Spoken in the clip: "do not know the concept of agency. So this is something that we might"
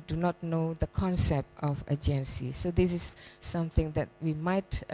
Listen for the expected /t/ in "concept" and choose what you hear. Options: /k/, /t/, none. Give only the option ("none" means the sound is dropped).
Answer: /t/